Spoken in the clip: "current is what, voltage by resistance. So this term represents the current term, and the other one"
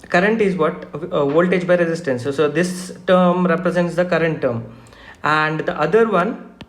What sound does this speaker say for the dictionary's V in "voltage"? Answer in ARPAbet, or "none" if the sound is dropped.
V